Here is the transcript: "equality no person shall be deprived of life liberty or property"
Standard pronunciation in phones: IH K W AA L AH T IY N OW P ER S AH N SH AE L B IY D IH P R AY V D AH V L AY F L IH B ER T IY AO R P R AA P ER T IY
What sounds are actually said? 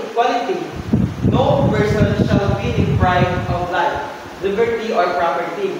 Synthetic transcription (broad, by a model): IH K W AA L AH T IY N OW P ER S AH N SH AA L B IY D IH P R AY D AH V L AY F L IH B ER T IY AO R P R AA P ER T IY